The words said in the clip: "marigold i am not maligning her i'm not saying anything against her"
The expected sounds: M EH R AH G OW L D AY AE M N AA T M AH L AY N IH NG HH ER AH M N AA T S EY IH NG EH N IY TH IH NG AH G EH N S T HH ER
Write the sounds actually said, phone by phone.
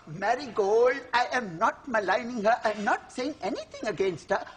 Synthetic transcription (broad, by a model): M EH R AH G OW L D AY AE M N AA T M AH L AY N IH NG HH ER AH M N AA T S EY IH NG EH N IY T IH NG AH G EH N S T HH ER